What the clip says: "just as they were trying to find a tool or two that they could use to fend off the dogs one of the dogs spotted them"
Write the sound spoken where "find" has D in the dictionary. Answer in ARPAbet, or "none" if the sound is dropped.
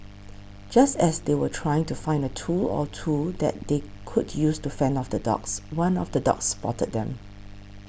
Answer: D